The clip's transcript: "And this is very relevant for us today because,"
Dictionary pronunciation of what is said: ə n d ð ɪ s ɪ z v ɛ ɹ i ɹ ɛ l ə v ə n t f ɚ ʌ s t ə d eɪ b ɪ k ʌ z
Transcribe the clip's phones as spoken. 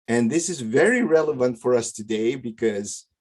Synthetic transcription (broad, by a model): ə n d ð ɪ s ɪ z v ɛ ɹ i ɹ ɛ l ə v ə n t f ɚ ʌ s t ə d eɪ b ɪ k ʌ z